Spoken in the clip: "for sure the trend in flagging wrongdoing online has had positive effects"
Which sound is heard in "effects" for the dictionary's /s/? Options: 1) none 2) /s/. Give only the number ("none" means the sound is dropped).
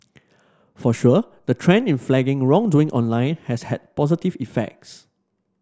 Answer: 2